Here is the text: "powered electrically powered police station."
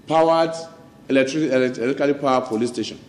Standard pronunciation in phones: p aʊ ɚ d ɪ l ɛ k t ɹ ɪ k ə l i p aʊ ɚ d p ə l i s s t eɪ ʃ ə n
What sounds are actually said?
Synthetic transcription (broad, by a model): p aʊ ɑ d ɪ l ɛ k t l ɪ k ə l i p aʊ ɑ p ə l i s s t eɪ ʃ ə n